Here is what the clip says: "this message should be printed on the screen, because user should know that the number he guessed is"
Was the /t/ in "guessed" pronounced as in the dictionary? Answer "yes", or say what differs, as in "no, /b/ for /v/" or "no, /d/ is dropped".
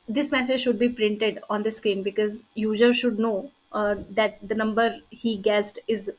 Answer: yes